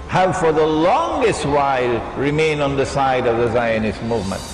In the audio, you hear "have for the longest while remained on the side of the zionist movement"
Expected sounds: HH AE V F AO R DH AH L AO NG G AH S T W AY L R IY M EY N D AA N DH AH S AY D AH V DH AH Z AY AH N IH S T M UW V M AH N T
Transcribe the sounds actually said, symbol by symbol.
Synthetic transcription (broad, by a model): HH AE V F AO R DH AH L AO NG G AH S T W AY L R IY M EY N AA N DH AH S AY D AH V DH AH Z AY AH N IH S M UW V M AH N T